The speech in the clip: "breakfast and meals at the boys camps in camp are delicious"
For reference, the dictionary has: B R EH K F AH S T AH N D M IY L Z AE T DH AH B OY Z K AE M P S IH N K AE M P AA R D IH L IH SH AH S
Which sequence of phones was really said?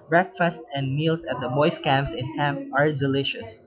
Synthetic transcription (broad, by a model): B R EH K F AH S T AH N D M IY L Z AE T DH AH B OY S K AE M P S IH N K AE M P AA R D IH L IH SH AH S